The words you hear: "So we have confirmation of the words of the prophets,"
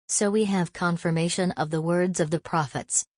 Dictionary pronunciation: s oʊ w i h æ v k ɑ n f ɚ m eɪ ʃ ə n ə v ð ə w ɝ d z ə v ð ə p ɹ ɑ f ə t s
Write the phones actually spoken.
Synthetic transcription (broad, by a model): s oʊ w i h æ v k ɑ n f ɚ m eɪ ʃ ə n ə v ð ə w ɝ d z ə v ð ə p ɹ ɑ f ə t s